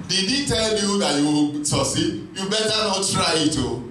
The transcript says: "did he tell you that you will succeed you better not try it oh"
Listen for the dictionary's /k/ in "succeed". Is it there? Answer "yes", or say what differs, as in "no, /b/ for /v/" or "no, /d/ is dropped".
no, /k/ is dropped